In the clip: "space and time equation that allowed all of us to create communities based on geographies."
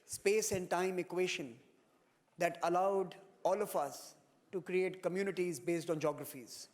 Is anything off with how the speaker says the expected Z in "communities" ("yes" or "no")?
no